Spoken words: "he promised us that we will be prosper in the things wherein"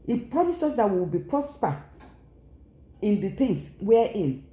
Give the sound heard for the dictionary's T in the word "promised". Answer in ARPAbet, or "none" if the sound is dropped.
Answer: none